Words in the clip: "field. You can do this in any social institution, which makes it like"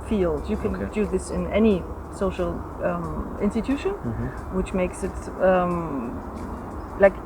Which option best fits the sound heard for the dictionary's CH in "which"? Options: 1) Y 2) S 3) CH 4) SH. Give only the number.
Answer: 3